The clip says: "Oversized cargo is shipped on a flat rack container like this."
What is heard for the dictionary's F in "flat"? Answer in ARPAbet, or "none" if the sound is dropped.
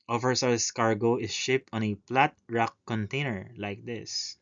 P